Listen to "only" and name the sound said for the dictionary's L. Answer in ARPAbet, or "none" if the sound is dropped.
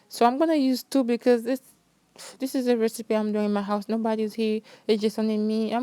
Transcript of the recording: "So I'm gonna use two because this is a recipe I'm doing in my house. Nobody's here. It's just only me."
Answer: none